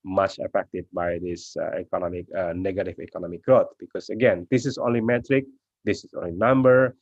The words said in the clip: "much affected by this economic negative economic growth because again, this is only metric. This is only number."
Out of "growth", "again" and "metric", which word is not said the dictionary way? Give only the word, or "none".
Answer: growth